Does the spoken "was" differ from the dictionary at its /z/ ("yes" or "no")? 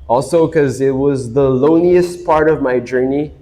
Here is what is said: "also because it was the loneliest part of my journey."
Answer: no